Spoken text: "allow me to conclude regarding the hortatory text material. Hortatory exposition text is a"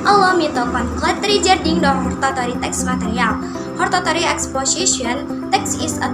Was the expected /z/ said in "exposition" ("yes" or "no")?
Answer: no